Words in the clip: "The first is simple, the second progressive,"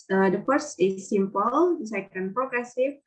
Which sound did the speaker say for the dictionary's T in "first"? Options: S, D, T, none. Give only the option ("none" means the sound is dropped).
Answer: none